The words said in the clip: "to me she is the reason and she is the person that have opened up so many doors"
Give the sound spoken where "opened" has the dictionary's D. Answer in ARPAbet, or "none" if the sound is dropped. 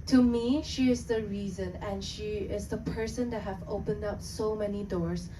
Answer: D